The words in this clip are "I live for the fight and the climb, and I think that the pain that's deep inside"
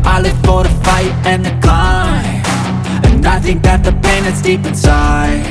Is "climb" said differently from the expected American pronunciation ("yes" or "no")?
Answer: yes